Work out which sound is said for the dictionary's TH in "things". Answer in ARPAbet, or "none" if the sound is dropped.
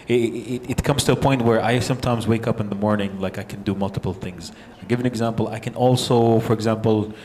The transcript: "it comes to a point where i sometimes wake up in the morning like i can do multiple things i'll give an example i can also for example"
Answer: TH